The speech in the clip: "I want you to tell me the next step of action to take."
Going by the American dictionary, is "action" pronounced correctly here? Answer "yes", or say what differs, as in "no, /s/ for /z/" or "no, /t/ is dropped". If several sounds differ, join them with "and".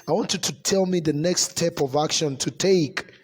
yes